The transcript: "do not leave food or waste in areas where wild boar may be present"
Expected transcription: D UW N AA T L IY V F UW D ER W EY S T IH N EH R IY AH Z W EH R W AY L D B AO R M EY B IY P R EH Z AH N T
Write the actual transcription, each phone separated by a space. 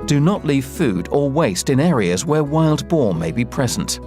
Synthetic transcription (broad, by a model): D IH N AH T L IY V F UW D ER W EY S T IH N EH R IY AH Z W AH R W AY L D B AO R M EY B IY P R EH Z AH N T